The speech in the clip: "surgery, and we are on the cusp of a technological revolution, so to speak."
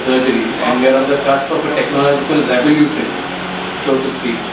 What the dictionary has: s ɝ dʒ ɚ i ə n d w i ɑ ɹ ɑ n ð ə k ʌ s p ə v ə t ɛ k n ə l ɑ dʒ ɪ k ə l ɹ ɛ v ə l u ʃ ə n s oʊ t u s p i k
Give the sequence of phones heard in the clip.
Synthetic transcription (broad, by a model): s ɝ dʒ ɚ i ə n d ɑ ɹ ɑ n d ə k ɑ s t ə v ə t ɛ k n ə l ɑ dʒ ɪ k ə l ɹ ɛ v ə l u s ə s oʊ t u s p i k